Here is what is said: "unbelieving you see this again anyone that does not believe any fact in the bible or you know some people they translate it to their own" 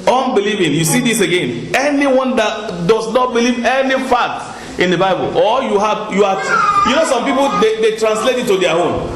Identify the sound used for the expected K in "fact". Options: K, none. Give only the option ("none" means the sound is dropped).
none